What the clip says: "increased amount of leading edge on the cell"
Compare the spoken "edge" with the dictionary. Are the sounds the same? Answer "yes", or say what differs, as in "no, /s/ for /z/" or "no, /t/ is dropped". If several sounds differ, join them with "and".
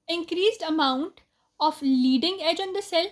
yes